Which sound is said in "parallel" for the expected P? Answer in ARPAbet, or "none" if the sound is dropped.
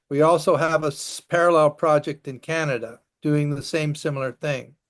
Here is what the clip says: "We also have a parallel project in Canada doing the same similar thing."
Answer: P